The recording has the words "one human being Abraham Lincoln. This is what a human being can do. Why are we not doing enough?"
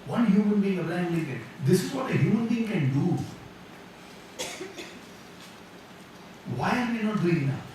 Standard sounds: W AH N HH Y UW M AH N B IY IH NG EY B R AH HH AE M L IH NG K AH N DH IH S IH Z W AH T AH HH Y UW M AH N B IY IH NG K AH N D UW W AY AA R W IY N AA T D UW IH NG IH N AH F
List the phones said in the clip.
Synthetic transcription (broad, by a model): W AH N HH Y UW M AH N B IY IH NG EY R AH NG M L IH K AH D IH S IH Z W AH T AH HH Y UW M AH N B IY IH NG K AH N D UW W AY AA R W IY N AA T D UW IH NG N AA